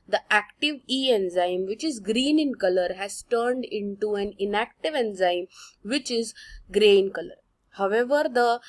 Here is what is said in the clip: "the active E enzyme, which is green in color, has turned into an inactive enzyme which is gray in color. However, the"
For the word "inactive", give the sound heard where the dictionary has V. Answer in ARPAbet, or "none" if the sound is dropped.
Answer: V